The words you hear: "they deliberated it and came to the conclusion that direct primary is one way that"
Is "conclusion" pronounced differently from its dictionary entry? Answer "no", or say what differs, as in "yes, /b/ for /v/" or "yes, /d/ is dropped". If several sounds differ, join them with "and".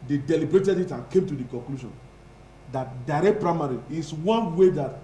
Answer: yes, /ʃ/ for /ʒ/